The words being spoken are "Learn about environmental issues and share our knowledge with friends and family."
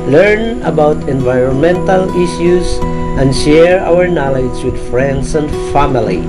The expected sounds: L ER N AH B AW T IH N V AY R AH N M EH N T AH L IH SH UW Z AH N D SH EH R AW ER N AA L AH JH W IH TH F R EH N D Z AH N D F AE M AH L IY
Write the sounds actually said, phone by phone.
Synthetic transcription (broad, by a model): L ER N AH B AW T IH N V AY R AH N M EH N T AH L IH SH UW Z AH N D SH EH R AW ER N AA L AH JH W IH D F R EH N D S AH N D F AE M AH L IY